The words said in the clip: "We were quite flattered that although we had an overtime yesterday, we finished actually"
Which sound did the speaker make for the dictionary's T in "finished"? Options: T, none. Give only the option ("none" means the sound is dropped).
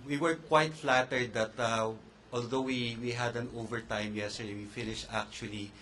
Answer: T